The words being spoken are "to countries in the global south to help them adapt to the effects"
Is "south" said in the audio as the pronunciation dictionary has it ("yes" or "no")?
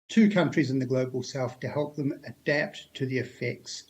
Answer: no